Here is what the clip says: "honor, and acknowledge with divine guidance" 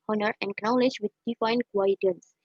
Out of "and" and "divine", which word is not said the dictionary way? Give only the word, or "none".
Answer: divine